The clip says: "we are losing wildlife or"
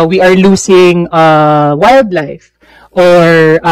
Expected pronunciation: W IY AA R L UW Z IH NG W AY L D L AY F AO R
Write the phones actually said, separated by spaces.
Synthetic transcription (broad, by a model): W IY AA R L UW S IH NG W AY L D L AY F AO R